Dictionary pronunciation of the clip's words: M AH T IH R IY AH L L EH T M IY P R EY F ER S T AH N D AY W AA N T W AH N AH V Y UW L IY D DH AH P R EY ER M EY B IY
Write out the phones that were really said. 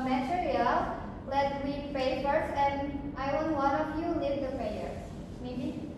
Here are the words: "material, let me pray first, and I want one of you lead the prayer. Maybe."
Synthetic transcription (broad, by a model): M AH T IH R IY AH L L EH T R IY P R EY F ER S AH N D AY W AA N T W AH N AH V Y UW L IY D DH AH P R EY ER M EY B IY